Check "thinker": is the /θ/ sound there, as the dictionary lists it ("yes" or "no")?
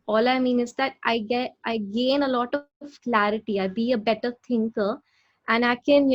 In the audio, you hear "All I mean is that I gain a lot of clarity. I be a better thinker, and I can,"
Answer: no